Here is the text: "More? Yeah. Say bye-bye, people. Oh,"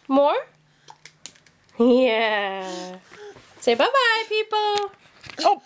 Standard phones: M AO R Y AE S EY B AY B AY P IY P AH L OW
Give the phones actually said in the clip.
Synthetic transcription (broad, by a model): M AO R Y AE S EY B AY B AY P IY P AH L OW